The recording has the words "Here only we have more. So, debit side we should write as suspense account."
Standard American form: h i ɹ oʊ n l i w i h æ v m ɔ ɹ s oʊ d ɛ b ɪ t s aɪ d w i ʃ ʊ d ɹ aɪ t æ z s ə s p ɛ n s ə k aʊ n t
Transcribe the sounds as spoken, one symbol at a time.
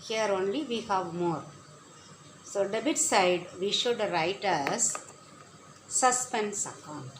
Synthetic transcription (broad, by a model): h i ɹ oʊ n l i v i h æ v m ɔ ɹ s oʊ d ɛ b ɪ t s aɪ d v i ʃ ʊ d ɹ aɪ t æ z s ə s p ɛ n s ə k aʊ n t